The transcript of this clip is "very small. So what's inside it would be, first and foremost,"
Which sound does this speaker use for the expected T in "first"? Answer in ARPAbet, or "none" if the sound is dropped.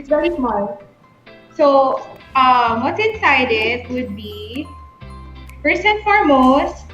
none